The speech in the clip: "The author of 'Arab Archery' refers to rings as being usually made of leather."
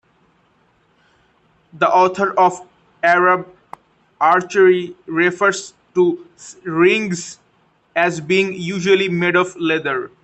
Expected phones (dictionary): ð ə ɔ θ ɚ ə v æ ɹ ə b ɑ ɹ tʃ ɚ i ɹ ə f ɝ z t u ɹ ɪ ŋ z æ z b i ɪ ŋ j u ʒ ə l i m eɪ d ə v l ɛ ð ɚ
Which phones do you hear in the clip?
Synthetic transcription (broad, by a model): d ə ɔ t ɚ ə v æ ɹ ə b ɑ ɹ tʃ ɚ i ɹ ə f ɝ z t u ɹ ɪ ŋ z æ z b i ɪ ŋ j u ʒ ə l i m eɪ d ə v l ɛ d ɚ